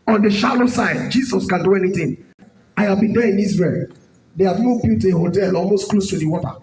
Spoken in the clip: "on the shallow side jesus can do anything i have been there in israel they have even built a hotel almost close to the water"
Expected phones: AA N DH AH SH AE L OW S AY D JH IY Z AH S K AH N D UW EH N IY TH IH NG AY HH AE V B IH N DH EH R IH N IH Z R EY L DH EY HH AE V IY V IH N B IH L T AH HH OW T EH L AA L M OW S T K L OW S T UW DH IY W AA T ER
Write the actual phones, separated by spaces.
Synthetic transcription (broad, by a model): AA N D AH SH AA L OW S AY D JH IY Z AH S K AH N D UW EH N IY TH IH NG AY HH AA V B IH N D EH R IH N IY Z R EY L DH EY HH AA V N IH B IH T AH HH OW T EH L AA L M OW S T K L OW S T UW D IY W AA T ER